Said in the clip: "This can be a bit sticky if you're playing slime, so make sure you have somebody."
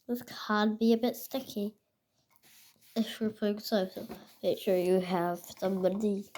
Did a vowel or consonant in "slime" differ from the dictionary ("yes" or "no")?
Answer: yes